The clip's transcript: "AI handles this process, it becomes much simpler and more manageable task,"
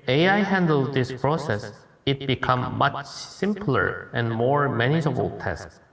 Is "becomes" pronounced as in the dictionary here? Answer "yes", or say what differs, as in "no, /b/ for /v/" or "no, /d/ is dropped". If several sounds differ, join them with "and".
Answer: no, /z/ is dropped